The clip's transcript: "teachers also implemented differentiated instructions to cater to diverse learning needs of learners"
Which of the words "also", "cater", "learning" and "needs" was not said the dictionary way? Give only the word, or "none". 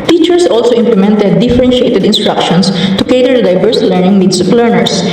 needs